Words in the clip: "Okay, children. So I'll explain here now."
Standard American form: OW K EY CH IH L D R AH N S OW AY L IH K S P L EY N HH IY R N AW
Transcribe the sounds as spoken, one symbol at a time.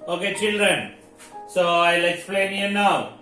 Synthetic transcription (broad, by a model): OW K EY CH IH L D R AH N S OW AY L IH K S P L EY N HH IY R N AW